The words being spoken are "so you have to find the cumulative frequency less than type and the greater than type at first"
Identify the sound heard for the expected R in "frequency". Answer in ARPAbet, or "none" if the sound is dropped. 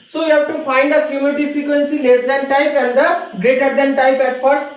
none